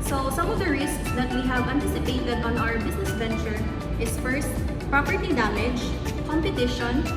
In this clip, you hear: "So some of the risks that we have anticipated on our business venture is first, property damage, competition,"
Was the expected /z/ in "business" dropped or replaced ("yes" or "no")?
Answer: yes